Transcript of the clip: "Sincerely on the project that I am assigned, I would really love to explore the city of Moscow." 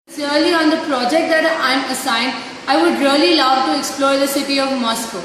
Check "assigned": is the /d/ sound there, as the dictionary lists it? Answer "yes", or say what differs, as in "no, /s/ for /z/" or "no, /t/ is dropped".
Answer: yes